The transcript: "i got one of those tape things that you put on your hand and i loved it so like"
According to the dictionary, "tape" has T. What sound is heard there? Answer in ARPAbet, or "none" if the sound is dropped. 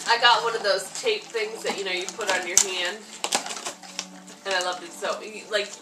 T